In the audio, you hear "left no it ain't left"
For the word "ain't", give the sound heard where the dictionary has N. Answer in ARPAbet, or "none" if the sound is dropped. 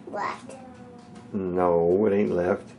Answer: N